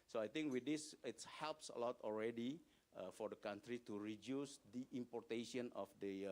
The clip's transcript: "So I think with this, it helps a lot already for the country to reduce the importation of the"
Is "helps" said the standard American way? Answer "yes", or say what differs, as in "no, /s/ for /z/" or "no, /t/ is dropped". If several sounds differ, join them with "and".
yes